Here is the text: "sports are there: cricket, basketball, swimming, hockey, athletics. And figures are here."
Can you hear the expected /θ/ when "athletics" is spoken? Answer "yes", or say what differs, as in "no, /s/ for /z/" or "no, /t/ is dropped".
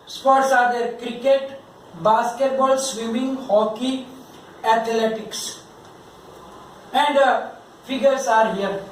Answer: no, /t/ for /θ/